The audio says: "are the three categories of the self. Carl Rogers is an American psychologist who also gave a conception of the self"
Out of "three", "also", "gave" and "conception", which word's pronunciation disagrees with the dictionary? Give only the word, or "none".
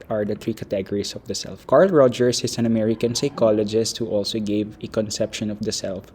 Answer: three